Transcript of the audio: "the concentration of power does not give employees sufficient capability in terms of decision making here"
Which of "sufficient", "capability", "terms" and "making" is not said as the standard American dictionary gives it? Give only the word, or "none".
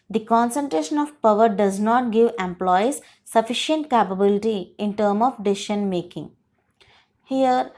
terms